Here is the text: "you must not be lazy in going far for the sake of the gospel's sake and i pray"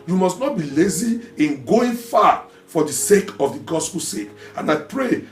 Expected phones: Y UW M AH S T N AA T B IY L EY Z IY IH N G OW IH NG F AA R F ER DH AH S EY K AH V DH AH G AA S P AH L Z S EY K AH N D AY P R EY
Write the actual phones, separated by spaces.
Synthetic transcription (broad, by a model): Y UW M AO S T N AA T B IY L EY Z IY IH N G OW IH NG F AA F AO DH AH S EY K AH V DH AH G AA S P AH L S EY K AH N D AY P R EY